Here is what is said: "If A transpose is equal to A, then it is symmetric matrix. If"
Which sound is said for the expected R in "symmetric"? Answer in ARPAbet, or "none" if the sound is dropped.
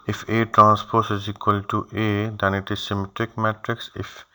R